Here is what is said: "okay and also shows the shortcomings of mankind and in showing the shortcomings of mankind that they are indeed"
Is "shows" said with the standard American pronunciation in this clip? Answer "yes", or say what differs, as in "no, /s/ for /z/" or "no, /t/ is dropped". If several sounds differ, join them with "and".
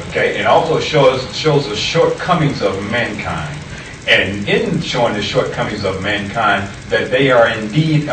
yes